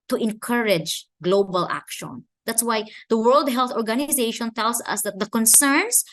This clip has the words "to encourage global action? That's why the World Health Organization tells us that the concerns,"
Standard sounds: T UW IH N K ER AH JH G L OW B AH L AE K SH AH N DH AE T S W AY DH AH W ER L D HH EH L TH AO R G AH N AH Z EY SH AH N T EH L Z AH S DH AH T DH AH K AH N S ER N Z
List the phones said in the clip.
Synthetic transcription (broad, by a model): T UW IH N K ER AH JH G L OW B AH L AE K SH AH N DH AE T S W AY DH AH W ER L D HH EH L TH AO R G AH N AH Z EY SH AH N T EH L S AH S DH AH T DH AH K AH N S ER N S